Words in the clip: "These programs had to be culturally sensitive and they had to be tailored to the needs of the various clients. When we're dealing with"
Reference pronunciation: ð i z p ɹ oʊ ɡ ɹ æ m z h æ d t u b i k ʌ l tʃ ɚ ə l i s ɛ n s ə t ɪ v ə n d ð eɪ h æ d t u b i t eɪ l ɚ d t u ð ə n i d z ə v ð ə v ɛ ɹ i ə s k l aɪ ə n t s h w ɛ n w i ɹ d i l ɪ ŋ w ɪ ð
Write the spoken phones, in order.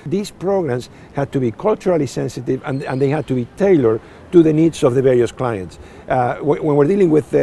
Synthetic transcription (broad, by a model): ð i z p ɹ oʊ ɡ ɹ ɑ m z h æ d t u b i k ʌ l tʃ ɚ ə l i s ɛ n s ə t ɪ v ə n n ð eɪ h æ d t u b i t eɪ l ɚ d t u ð ə n i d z ə v ð ə v ɛ ɹ i ə s k l aɪ ə n t s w w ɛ n w i ɹ d i l ɪ ŋ w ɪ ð